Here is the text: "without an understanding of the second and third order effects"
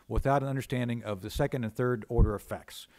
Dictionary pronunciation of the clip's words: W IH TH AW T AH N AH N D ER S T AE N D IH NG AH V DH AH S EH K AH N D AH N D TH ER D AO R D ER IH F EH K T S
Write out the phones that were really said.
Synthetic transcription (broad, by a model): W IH TH AW T AH N AH N D ER S T AE N D IH NG AH V DH AH S EH K AH N D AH N TH ER D AO R D ER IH F EH K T S